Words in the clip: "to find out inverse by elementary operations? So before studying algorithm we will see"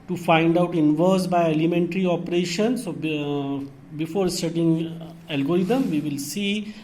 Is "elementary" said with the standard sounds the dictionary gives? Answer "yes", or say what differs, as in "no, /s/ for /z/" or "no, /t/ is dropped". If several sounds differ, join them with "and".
yes